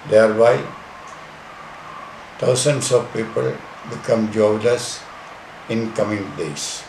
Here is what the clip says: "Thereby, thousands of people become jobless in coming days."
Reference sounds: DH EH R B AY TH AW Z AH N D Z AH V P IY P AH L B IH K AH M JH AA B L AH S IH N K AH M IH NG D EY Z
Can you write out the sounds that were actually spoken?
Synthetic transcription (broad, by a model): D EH R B AY T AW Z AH N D S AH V P IY P AH L B IH K AH M JH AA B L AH S IH N K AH M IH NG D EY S